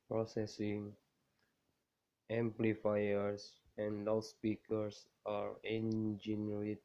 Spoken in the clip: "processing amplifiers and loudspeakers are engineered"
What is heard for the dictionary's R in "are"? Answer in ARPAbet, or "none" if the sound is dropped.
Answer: R